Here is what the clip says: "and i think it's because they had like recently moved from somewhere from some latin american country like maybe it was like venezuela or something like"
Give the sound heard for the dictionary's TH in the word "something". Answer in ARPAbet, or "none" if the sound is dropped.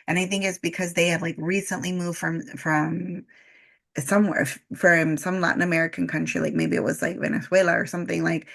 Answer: TH